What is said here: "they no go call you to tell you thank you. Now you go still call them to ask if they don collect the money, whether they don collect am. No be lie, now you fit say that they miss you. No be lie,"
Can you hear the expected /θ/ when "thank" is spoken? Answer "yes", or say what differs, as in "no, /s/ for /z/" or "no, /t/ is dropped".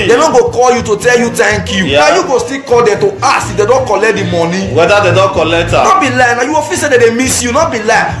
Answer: no, /t/ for /θ/